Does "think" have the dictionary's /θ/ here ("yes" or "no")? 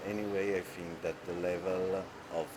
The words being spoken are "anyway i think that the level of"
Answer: no